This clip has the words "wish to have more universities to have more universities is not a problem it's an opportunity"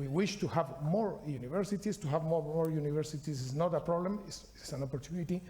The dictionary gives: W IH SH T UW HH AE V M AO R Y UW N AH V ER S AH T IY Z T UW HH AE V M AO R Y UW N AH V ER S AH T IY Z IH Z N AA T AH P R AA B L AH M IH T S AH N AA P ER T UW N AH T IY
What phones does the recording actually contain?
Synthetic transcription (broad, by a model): W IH SH T UW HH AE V M AO R Y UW N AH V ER S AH T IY S T UW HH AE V M AO R Y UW N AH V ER S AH T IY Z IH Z N AA T AH P R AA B L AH M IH S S AH N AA P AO T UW N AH T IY